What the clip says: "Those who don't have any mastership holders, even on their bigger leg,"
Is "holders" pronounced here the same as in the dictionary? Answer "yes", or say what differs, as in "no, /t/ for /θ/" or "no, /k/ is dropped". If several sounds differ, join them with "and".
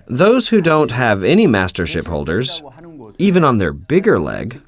yes